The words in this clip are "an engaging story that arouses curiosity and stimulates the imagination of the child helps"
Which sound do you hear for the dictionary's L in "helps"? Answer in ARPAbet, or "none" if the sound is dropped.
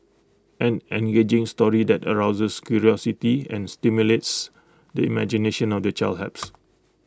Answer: none